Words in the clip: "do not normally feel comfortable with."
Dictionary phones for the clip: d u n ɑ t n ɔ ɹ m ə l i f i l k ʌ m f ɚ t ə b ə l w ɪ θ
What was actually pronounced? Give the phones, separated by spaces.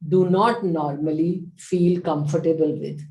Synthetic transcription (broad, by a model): d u n ɑ t n ɔ ɹ m ə l i f i l k ʌ m f ɚ t ə b ə l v ɪ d